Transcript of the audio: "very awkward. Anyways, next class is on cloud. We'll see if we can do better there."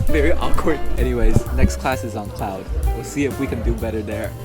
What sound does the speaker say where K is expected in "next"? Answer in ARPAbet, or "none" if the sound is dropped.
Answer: K